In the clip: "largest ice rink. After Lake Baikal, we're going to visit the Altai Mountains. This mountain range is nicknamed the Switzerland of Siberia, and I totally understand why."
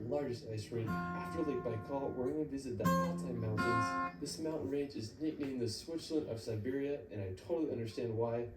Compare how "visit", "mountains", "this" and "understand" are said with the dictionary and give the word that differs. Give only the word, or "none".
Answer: none